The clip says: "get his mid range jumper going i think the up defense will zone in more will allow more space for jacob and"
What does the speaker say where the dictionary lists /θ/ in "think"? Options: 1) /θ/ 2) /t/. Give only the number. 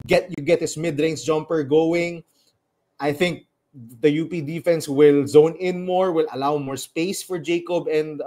1